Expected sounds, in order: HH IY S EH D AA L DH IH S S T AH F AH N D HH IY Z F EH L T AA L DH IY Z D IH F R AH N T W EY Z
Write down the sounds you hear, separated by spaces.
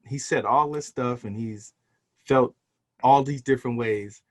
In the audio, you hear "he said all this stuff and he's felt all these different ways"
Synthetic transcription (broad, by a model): HH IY S EH D AA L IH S S T AH F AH N IY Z F EH L T AA L DH IY Z D IH F R AH N T W EY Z